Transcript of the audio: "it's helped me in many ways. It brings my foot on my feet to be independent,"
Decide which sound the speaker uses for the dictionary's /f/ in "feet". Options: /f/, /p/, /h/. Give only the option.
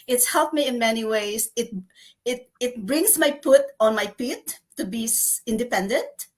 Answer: /p/